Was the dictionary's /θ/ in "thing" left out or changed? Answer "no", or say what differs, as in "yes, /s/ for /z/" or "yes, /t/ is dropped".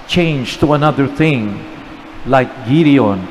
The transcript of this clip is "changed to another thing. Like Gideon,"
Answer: no